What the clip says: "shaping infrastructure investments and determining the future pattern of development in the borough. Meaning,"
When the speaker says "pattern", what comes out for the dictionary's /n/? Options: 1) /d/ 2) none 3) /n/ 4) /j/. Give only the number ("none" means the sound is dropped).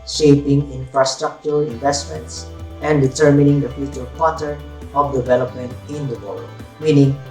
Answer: 2